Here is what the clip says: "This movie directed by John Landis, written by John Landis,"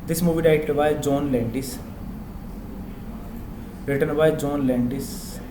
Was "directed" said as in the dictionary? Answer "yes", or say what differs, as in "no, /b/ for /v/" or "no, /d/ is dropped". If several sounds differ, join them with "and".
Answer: no, /k/ is dropped